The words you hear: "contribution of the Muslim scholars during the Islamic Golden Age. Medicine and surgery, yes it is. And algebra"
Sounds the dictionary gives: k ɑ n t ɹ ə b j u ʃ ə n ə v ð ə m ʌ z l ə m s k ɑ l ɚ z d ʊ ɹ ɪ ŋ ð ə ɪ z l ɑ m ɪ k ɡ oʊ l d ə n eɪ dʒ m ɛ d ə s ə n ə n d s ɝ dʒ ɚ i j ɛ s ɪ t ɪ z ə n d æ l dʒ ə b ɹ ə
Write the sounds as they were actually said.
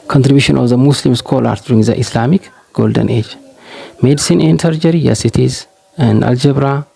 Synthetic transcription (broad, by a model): k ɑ n t ɹ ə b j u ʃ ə n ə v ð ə m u s l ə m s k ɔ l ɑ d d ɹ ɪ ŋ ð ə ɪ s l ɑ m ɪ k ɡ oʊ l d ə n eɪ dʒ m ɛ d s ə n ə n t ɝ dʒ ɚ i j ɛ s ɪ t ɪ z ə n d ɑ l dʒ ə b ɹ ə